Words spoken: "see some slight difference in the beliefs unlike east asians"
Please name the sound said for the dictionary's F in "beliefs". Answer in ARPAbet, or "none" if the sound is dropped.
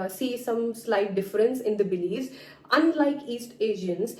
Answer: none